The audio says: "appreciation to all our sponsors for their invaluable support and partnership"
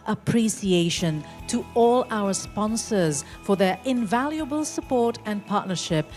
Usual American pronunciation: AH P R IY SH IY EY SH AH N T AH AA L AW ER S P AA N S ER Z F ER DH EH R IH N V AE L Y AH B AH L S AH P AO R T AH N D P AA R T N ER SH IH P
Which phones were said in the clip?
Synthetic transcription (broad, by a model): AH P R IY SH IY EY SH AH N T AH AA L AW ER S P AA N S ER Z F ER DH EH R IH N V AE L Y AH B AH L S AH P AO R T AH N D P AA R T N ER SH IH P